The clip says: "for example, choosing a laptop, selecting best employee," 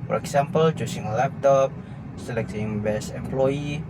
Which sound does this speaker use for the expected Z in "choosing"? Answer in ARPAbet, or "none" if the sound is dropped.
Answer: S